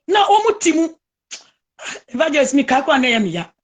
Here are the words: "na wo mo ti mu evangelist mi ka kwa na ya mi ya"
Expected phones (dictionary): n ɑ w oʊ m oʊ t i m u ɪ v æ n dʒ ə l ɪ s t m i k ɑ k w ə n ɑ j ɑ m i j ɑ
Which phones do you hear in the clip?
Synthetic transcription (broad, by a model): n ɑ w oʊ m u t i m u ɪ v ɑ dʒ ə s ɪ m i k ɑ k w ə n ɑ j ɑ m i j ɑ